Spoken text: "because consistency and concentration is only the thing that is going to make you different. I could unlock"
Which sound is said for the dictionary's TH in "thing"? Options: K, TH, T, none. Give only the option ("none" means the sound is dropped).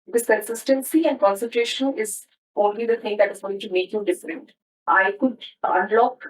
T